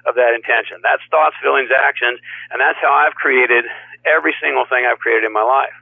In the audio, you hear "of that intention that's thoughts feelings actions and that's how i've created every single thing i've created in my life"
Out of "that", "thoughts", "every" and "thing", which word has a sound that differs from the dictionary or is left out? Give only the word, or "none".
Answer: none